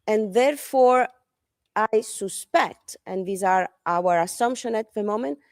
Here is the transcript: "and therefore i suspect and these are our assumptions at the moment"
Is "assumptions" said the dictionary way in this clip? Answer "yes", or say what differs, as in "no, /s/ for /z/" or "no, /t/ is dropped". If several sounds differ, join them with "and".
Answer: no, /z/ is dropped